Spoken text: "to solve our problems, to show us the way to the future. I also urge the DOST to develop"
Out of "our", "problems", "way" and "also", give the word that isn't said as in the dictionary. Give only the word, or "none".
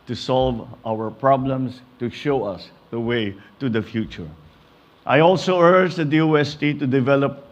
problems